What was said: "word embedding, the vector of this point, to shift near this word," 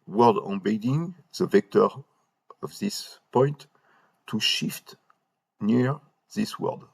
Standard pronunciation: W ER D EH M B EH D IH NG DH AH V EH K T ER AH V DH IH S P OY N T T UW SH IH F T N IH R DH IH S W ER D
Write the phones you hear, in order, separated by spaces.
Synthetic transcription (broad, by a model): W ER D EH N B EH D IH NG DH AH V EH K T ER AH V DH IH S P OY N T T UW SH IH F T N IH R DH IH S W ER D